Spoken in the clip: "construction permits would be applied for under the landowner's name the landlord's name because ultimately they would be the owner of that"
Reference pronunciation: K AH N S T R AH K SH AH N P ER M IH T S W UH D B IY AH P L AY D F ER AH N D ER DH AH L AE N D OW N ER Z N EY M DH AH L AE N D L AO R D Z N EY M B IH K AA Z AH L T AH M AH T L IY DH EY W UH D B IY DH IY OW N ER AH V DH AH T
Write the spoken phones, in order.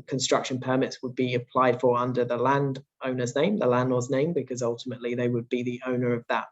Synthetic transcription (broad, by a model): K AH N S T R AH K SH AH N P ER M IH T S W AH D B IY AH P L AY D F ER AH N D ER DH AH L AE N D OW N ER Z N EY M DH AH L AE N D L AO Z N EY M B IH K AA Z AH L T AH M AH T L IY DH EY W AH D B IY DH IY OW N ER AH V DH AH T